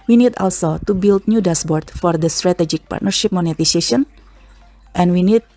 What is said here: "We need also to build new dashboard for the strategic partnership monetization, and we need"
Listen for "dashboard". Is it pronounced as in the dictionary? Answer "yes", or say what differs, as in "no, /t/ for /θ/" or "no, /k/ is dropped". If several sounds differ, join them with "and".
no, /s/ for /ʃ/